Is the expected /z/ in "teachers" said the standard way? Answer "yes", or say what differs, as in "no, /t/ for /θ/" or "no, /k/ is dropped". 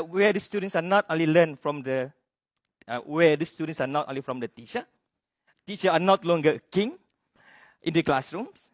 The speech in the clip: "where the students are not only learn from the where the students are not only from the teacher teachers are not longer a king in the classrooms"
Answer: no, /z/ is dropped